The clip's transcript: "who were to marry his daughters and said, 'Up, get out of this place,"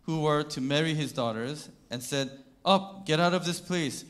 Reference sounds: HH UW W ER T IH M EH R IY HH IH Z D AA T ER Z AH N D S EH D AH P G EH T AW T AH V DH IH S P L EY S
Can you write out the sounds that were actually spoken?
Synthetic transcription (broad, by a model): HH UW W ER T IH M EH R IY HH IH Z D AA T ER Z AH N S EH D AH P G EH T AW T AH V DH IH S P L EY S